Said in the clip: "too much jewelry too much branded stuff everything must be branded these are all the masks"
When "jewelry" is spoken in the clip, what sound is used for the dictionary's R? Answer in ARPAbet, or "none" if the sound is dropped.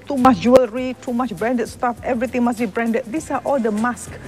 R